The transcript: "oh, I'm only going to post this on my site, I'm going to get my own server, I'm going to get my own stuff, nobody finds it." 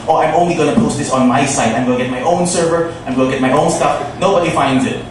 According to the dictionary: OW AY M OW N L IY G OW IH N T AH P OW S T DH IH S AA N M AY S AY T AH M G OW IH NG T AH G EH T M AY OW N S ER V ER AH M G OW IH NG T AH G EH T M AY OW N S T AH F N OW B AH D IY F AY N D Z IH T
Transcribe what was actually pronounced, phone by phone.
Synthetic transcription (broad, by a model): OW AY M OW N L IY G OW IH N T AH P OW S T DH IH S N M AY S AY T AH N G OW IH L G EH T M AY OW N S ER V ER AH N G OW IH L G EH T M AY OW N S T AH F N OW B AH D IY F AY N D Z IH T